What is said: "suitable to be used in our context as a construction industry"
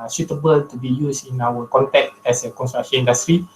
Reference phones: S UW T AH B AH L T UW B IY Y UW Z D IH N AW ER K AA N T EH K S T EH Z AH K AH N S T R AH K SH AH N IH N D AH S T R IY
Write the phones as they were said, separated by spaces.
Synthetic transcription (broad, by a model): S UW T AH B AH L T UW B IY Y UW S IH N AW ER K AA N T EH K T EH S AH K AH N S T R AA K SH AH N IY N D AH S T R IY